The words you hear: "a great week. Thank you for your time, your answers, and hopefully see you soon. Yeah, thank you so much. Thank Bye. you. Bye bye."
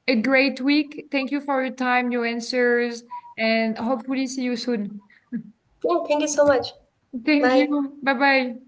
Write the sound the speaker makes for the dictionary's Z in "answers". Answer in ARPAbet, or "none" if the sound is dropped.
Z